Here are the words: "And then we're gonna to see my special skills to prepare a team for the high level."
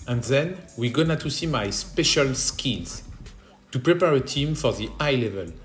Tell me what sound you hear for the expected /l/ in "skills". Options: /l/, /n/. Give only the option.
/n/